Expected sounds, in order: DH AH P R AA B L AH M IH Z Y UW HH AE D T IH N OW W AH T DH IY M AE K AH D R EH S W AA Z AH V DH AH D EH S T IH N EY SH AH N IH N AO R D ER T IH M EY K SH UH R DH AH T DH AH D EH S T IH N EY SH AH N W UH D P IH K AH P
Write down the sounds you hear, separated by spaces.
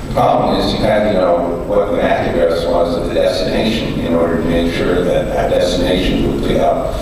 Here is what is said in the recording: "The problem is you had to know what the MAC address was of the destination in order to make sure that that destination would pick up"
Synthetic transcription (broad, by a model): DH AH P R AA B L AH M IH Z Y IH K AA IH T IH N OW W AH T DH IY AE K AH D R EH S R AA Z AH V DH AH D EH S T IH N EY SH AH N IH N AO R D ER T IH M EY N SH UH R DH AH T DH AH D EH S T IH N EY SH AH N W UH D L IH AH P